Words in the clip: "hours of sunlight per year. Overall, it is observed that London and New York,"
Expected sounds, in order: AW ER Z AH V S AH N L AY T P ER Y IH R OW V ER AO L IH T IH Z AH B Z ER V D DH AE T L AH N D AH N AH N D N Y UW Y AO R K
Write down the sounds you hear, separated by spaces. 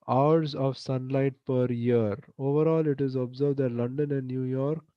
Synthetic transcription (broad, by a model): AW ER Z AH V S AH N L AY T P ER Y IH R OW V ER AO L IH T IH Z AH B Z ER V D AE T L AH N D AH N AH N D N Y UW Y AO R K